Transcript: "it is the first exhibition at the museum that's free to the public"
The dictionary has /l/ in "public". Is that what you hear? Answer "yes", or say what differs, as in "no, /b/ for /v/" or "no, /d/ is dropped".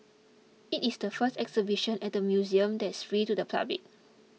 no, /l/ is dropped